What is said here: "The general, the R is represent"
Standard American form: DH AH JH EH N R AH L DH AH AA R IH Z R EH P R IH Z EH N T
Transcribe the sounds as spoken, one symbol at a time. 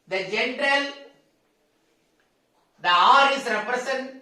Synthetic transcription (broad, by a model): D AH JH EH N R AH L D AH AA R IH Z R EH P R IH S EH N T